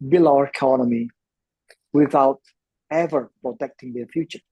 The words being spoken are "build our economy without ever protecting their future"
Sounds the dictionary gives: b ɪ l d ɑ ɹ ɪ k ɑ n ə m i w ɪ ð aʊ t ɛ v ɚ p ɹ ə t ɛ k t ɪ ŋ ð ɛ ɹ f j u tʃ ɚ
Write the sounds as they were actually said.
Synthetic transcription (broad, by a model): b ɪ l ɑ ɹ ɪ k ɑ n ə m i w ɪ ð aʊ t ɛ v ɚ p ɹ ə t ɛ k t ɪ ŋ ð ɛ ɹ f j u tʃ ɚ